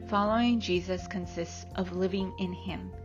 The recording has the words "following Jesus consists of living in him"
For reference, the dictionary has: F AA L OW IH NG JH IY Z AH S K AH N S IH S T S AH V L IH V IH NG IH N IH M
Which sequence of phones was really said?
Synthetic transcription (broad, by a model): F AA L OW IH NG JH IY Z AH S K AH N S IH S T S AH V L IH V IH NG IH N IH M